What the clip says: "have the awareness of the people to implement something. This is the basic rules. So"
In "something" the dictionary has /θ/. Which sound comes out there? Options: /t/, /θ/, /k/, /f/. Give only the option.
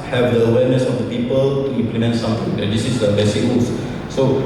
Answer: /t/